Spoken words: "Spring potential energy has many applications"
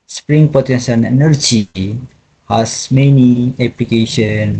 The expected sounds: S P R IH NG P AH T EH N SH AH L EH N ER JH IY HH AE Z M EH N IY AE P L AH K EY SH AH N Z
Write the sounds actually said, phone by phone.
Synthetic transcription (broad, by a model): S P R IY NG P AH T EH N S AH N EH N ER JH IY HH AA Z M EH N IY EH P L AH K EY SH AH N